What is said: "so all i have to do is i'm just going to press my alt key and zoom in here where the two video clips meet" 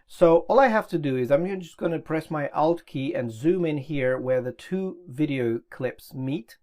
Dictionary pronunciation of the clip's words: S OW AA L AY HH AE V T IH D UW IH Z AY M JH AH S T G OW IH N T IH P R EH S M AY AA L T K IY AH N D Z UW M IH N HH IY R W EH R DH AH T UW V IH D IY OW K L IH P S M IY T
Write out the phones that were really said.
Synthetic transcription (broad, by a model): S OW AA L AY HH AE F T IH D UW IH Z AY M JH AH S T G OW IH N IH P R EH S M AY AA L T K IY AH N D Z UW M IH N HH IY R W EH R DH AH T UW V IH D IY OW K L IH P S M IY T